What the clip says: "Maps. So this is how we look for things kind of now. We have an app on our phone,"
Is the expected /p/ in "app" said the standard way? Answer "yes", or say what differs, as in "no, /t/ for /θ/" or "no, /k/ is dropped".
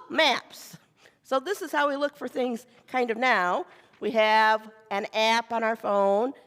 yes